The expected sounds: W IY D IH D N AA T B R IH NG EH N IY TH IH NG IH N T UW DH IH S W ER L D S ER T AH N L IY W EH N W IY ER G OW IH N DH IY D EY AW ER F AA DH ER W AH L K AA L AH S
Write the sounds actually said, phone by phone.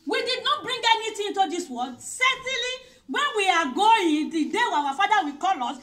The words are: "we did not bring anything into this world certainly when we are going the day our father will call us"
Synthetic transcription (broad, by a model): W IY D IH D N AA T B R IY NG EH N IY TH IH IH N T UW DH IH S W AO D S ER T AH N L IY W EH N W IY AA G OW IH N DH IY D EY AW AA F AA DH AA W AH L K AA L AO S